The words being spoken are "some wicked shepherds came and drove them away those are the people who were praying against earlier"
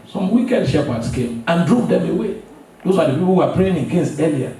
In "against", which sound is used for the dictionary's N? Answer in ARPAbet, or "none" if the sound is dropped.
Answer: N